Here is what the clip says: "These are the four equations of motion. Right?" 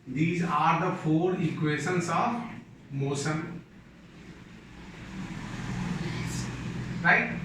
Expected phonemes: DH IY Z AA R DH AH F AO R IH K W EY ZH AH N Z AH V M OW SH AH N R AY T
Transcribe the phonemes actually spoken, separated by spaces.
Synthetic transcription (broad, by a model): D IY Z AA R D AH F AO R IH K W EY SH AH N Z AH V M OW S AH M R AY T